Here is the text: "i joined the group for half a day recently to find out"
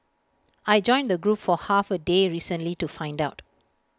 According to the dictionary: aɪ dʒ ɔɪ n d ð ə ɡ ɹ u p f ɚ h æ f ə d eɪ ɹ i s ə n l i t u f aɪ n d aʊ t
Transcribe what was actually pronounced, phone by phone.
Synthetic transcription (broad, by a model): aɪ dʒ ɔɪ n d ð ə ɡ ɹ u p f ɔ h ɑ f ə d eɪ ɹ i s ə n l i t u f aɪ n d aʊ t